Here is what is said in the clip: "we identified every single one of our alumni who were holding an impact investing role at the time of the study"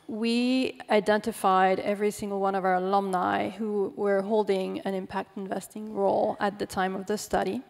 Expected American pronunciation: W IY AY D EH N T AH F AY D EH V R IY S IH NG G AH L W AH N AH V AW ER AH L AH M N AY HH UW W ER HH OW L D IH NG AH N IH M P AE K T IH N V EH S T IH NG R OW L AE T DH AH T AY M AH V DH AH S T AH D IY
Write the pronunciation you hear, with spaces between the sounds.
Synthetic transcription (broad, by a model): W IY AY D EH N T AH F AY D EH V R IY S IH NG G L W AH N AH V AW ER L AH M N AY HH UW W ER HH OW L D IH NG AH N IH M P AE K T IH N V EH S T IH NG R OW L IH T DH AH T AY M AH V DH AH S T AH D IY